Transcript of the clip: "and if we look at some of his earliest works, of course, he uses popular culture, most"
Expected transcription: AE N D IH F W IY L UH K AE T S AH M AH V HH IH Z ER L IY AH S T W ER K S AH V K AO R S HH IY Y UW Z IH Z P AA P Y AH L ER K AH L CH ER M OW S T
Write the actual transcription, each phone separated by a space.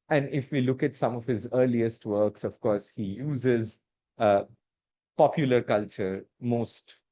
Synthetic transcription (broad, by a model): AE N D IH F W IY L UH K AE T S AH M AH V HH IH Z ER L IY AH S T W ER K S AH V K AO R S HH IY Y UW Z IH Z P AA P Y AH L ER K AH L CH ER M OW S T